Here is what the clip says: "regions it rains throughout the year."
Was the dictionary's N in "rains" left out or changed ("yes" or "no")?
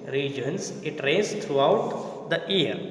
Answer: yes